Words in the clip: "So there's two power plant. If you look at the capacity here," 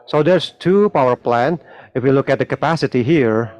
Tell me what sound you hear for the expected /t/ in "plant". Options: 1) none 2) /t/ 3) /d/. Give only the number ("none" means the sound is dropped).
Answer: 1